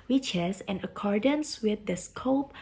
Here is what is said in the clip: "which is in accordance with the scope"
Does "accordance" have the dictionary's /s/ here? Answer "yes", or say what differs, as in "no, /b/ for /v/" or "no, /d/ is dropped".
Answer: yes